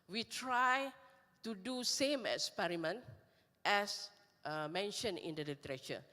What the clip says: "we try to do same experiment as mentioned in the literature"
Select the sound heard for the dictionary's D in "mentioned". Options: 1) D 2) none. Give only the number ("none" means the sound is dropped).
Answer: 2